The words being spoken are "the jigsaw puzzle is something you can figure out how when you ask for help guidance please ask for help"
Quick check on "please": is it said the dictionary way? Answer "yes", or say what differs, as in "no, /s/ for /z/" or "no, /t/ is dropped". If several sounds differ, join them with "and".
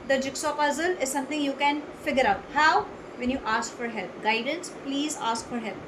yes